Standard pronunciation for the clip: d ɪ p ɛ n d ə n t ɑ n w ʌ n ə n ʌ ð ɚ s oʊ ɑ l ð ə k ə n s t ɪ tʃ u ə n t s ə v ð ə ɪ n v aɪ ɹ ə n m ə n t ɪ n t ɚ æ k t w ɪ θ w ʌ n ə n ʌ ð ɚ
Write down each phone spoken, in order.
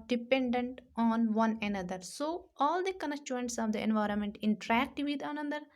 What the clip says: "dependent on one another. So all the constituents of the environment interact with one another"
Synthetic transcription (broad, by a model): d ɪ p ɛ n d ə n t ɑ n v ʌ n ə n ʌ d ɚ s oʊ ɑ l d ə k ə n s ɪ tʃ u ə n t s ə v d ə ɪ n v aɪ ɹ ə n m ə n t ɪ n t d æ k t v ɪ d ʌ n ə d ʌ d